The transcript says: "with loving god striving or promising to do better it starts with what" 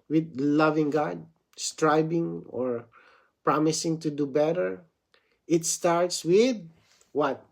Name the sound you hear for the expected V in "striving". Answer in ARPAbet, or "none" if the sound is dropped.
B